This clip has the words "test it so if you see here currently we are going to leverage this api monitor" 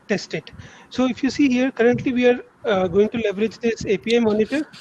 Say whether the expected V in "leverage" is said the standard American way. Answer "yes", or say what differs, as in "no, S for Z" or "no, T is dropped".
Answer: yes